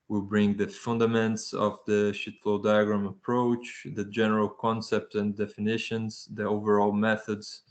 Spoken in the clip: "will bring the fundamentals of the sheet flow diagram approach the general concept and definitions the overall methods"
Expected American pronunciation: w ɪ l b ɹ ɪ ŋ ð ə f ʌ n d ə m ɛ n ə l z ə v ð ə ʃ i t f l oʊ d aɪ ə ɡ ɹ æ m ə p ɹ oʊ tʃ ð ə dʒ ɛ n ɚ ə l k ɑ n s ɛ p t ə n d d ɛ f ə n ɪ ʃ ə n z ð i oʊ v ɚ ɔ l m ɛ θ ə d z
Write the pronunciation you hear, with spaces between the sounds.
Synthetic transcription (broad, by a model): w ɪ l b ɹ ɪ ŋ ð ə f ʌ n d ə m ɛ n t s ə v ð ə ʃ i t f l d aɪ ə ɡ ɹ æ m ə p ɹ oʊ tʃ ð ə dʒ ɛ n ɚ ə l k ɑ n s ɛ p t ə n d d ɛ f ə n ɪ ʃ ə n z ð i oʊ v ɚ ɔ l m ɛ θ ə d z